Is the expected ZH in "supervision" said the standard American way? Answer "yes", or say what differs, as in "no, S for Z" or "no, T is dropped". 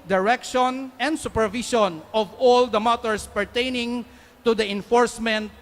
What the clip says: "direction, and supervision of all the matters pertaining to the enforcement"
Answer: no, SH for ZH